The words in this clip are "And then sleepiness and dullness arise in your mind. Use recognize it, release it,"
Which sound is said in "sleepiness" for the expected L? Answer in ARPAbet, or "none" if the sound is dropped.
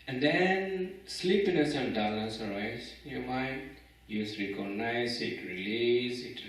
L